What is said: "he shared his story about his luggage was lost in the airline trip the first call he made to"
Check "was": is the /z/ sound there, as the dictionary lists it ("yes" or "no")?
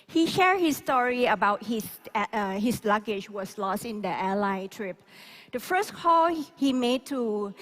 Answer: no